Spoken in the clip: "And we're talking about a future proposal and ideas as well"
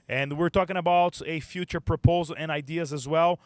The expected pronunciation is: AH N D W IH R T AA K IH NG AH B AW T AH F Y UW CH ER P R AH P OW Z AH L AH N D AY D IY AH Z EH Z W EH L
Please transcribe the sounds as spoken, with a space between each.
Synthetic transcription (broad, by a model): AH N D W IH R T AA K IH NG AH B AW T AH F Y UW CH ER P R AH P OW Z AH L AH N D AY D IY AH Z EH Z W EH L